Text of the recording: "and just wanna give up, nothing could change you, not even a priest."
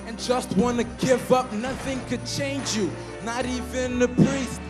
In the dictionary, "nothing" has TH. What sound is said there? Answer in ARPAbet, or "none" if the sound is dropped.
TH